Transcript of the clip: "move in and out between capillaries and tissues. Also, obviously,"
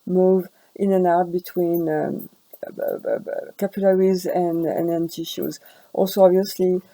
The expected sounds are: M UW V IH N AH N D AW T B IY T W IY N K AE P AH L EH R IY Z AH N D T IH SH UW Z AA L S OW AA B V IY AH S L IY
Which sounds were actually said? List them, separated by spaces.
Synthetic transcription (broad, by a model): M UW V IH N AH N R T B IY T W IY N K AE P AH L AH R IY Z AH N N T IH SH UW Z AA L S OW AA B V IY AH S L IY